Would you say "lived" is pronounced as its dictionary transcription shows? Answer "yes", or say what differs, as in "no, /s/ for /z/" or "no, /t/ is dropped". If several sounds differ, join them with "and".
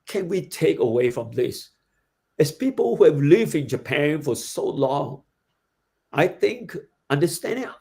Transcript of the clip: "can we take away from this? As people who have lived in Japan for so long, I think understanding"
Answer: yes